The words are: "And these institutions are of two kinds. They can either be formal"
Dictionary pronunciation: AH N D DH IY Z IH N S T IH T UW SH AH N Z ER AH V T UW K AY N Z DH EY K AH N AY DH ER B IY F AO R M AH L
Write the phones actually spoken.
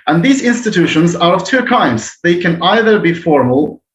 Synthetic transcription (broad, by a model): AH N DH IY Z IH N S T IH T UW SH AH N Z ER AH V T UW K AY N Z DH EY K AH N AY DH ER B IY F AO R M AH L